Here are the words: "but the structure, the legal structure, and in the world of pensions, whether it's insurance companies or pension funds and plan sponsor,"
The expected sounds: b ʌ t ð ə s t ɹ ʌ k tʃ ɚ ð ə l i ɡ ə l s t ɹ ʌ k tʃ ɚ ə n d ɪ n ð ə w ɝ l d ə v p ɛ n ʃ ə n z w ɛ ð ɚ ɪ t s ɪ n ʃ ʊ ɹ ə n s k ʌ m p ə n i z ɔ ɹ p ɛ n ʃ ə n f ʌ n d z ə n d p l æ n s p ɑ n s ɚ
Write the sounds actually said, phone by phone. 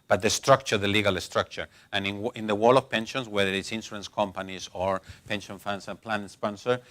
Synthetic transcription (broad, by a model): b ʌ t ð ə s t ɹ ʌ k tʃ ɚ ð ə l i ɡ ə l s t ɹ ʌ k tʃ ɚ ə n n ɪ n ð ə w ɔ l ə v p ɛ n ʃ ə n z w ɛ ð ɚ ɪ t s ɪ n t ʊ ə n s k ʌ m p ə n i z ɔ ɹ p ɛ n ʃ ə n f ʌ n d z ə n p l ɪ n s p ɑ n s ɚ